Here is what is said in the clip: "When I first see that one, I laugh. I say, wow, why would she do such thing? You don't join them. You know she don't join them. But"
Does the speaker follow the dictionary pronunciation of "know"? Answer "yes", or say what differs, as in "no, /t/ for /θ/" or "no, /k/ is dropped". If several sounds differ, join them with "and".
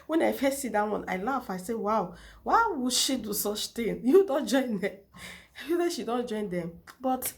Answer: no, /l/ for /n/